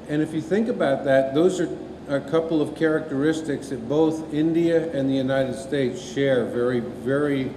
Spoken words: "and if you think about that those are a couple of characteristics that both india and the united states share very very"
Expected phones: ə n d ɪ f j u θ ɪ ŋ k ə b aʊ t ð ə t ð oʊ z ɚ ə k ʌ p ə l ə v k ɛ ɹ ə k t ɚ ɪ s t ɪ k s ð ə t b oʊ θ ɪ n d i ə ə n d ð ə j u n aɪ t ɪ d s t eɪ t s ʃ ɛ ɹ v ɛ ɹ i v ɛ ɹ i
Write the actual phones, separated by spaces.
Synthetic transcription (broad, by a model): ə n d ɪ f j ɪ θ ɪ ŋ k ə b aʊ t ð ə t ð oʊ z ɚ ə k ʌ p l ə v k ɛ ɹ ə k t ɚ ɪ s t ɪ k s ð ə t b oʊ θ ɪ n d i ə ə n ð ə j u n aɪ t ɪ d s t eɪ t s ʃ ɛ ɹ v ɛ ɹ i v ɛ ɹ i